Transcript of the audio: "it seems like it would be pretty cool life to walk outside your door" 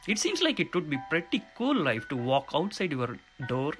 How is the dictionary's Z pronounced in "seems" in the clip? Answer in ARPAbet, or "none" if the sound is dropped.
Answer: S